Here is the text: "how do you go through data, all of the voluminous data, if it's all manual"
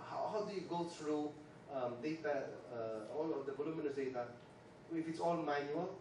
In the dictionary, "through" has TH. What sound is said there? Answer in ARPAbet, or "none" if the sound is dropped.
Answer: T